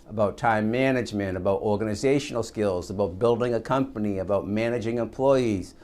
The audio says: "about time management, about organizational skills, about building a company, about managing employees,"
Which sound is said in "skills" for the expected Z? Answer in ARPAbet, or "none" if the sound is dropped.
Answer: Z